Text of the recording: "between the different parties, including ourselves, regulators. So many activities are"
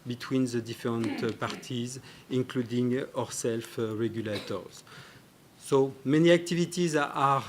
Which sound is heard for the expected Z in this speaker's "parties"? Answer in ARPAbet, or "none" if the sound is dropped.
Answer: Z